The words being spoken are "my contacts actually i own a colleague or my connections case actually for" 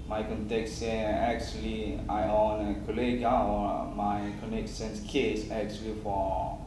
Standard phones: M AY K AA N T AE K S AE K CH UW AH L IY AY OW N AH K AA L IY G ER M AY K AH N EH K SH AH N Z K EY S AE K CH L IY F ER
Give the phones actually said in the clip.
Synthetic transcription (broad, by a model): M AY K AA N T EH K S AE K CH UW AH L IY AY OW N AH K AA L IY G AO M AY K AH N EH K S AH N S K EY S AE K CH L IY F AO